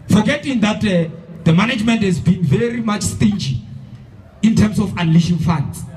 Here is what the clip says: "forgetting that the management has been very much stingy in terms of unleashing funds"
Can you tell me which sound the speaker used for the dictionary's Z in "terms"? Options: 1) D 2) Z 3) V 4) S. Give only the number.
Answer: 4